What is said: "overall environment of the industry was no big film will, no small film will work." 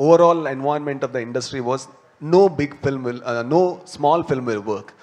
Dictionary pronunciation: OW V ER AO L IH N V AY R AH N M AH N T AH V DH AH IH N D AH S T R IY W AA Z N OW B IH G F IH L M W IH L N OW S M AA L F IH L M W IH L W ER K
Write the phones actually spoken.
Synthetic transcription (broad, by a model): OW V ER AO L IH N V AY AH N M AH N T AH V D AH IH N D AH S T R IY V AA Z N OW B IH G F IH L M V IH L N OW S M AA L F IH L M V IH L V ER K